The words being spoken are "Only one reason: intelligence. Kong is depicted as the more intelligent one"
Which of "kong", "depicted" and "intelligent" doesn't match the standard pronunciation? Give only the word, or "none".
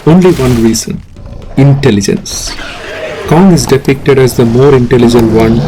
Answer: none